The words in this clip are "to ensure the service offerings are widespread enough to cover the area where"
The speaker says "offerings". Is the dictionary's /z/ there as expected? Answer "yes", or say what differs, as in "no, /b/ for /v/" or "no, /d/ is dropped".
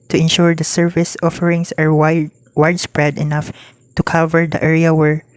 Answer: no, /s/ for /z/